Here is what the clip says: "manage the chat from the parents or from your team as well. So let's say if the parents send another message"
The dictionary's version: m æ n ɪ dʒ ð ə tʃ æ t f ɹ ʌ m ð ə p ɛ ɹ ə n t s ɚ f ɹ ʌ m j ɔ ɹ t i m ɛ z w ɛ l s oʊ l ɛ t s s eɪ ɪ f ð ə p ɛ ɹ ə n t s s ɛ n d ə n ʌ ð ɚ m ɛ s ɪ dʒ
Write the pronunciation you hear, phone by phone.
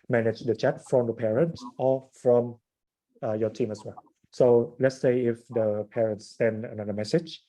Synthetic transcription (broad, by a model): m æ n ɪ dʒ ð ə tʃ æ t f ɹ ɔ m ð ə p ɛ ɹ ə n t s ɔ f ɹ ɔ m j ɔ t i m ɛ s w ɛ l s oʊ l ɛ t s s eɪ ɪ f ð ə p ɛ ɹ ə n t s s ɛ n d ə n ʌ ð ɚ m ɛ s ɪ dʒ